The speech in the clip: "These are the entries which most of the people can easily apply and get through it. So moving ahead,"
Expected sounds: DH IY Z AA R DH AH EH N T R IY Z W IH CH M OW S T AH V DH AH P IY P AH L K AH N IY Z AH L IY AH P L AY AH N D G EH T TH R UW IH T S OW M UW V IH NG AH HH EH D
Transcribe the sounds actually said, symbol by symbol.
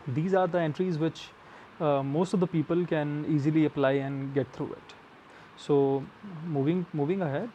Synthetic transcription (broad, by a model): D IY Z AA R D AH EH N T R IY Z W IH CH M OW S T AH V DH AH P IY P AH L K AH N IY Z AH L IY AH P L AY AH N D G EH T T R UW IH T S OW M UW V IH NG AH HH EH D